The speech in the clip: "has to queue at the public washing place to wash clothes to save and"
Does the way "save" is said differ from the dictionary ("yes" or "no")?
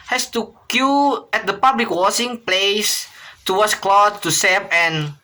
yes